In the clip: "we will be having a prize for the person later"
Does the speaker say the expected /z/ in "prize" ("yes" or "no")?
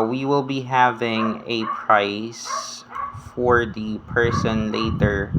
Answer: no